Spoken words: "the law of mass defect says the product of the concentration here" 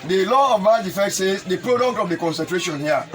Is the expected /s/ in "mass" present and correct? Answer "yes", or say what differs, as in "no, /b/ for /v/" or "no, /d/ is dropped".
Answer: no, /s/ is dropped